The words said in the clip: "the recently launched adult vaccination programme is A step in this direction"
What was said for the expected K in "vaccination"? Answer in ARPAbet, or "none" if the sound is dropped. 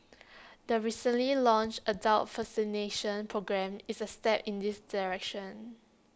none